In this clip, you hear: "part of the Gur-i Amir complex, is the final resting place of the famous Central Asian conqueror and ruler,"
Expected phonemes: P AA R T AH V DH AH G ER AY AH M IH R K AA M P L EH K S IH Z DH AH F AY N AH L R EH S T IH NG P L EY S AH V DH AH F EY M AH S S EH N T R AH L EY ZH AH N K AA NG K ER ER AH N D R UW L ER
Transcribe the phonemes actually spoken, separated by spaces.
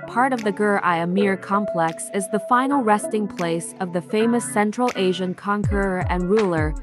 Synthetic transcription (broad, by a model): P AA R T AH V DH AH G ER AY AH M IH R K AA M P L EH K S IH Z DH AH F AY N L R EH S T IH NG P L EY S AH V DH AH F EY M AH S S EH N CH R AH L EY ZH AH N K AA NG K ER ER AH N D R UW L ER